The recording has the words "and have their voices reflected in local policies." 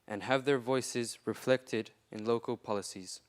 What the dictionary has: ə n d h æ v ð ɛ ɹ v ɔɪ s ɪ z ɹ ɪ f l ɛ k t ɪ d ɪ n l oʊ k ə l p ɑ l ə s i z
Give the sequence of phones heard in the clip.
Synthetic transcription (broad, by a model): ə n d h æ v ð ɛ ɹ v ɔɪ s ɪ z ɹ ɪ f l ɛ k t ɪ d ɪ n l oʊ k ə l p ɑ l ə s i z